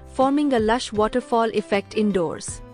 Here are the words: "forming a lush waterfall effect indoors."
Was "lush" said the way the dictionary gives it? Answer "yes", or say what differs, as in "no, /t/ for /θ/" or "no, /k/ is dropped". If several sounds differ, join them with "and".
yes